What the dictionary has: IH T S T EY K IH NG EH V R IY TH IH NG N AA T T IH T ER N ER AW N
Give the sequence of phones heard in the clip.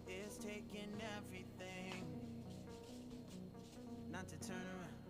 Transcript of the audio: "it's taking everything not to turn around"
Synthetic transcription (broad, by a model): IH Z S T EY K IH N EH V R IY TH IH NG N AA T T IH T ER N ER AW